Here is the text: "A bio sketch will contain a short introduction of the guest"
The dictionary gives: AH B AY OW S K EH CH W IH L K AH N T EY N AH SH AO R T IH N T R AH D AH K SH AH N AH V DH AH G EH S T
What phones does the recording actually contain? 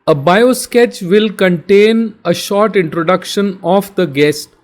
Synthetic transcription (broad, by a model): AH B AY OW S K EH CH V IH L K AH N T EY N AH SH AO R T IH N T R AH D AH K SH AH N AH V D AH G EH S T